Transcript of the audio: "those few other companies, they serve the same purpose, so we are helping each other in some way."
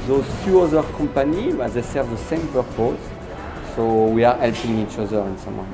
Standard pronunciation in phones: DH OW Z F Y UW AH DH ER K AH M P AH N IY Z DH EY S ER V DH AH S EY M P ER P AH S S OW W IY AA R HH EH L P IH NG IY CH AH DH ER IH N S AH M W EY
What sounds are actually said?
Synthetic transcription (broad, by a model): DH OW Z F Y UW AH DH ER K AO M P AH N IY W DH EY S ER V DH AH S EY M P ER P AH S S OW W IY AA R HH EH L P IH NG IY CH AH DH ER IH N S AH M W